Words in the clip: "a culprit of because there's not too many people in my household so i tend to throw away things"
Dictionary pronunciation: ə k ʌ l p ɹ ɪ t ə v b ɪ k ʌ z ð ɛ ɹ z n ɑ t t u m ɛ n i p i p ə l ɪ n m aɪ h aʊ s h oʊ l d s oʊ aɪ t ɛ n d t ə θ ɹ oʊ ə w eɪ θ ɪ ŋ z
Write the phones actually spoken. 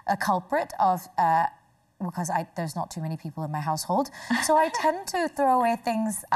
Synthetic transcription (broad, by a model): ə k ʌ l p ɹ ɪ t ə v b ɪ k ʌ z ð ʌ ɹ z n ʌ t t u m ɛ n i p i p l ɪ n m aɪ h aʊ s h oʊ l d s oʊ aɪ t ɛ n t ə θ ɹ oʊ ə w eɪ θ ɪ ŋ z